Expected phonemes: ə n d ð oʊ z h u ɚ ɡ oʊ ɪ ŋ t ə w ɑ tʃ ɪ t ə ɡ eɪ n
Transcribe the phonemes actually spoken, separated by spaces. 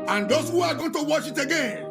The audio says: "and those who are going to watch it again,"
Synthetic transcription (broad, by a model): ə n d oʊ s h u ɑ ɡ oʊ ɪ t ə w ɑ ʃ ɪ t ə ɡ eɪ n